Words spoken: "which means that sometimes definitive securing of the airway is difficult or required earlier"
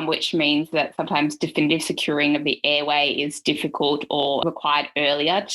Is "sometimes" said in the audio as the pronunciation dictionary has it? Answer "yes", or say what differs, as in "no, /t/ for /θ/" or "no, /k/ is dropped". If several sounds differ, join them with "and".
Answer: yes